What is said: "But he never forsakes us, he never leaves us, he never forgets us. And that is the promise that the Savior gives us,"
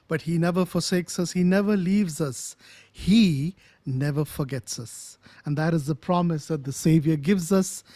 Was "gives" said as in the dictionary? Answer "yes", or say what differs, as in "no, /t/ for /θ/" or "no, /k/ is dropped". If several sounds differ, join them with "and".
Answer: yes